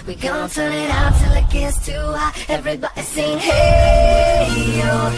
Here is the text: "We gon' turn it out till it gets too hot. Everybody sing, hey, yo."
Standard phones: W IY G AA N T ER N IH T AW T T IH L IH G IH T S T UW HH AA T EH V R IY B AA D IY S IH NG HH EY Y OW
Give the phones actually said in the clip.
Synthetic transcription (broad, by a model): W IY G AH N T ER N IH T AW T T IH L IH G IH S T UW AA EH V R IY B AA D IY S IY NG HH EY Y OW